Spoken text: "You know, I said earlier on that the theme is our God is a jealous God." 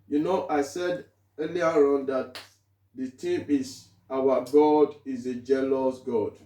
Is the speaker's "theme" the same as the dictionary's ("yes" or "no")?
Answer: no